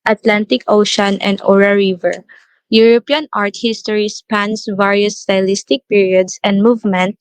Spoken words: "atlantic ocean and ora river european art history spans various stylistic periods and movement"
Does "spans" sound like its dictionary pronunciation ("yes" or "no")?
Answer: no